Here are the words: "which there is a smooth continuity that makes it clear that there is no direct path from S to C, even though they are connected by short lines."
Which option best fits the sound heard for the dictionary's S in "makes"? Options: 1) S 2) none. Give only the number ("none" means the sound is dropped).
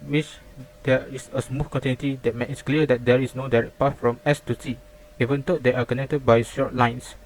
2